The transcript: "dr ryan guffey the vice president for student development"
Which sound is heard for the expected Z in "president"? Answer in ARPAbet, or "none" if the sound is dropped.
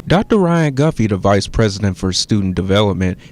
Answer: Z